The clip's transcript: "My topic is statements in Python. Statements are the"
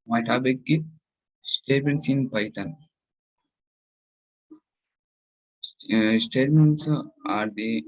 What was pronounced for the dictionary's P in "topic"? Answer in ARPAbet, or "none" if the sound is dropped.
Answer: B